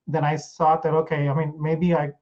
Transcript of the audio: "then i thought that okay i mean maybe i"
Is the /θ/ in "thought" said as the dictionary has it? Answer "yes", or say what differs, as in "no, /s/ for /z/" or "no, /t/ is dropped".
no, /s/ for /θ/